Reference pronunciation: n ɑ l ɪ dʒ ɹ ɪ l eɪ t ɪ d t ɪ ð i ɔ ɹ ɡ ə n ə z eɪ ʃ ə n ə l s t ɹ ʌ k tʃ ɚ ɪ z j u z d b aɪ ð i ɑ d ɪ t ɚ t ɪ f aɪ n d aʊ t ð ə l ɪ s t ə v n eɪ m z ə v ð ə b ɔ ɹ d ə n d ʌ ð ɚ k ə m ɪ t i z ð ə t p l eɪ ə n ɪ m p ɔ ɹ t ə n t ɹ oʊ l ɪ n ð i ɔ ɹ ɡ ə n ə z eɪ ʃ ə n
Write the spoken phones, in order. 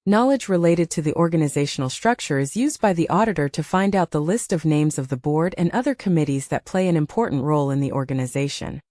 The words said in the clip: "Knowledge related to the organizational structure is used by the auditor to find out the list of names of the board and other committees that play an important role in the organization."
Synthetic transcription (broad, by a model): n ɑ l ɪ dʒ ɹ ɪ l eɪ t ɪ d t ɪ ð i ɔ ɹ ɡ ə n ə z eɪ ʃ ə n l s t ɹ ʌ k tʃ ɚ ɪ z j u z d b aɪ ð i ɑ d ɪ t ɚ t ɪ f aɪ n d aʊ t ð ə l ɪ s t ə v n eɪ m z ə v ð ə b ɔ ɹ d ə n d ʌ ð ɚ k ə m ɪ t i z ð ə t p l eɪ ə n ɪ m p ɔ ɹ t n t ɹ oʊ l ɪ n ð i ɔ ɹ ɡ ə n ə z eɪ ʃ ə n